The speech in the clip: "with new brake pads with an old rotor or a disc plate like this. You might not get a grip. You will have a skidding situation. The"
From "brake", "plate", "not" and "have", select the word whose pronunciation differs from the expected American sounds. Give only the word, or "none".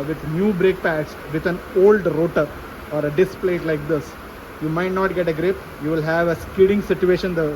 none